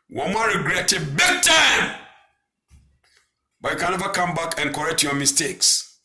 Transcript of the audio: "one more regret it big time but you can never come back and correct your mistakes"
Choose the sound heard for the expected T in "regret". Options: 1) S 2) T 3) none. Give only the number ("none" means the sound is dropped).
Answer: 2